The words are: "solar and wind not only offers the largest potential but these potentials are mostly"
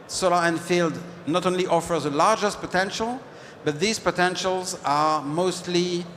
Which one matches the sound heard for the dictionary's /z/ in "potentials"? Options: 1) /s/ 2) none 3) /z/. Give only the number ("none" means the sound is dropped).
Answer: 3